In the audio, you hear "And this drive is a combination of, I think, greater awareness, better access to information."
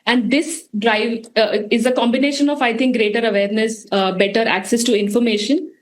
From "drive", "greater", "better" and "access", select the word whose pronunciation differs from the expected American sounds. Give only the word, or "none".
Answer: none